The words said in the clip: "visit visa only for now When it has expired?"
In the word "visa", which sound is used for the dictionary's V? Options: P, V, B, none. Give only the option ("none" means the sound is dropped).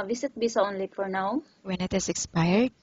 B